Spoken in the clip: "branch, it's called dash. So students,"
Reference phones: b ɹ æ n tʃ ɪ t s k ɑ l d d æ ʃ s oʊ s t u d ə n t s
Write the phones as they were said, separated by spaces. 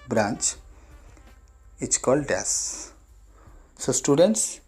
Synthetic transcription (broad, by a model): b ɹ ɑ n tʃ ɪ t s k ɑ l d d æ s s oʊ s t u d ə n t s